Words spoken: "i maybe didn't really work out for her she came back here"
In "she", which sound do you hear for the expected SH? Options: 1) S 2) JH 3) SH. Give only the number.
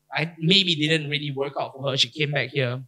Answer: 3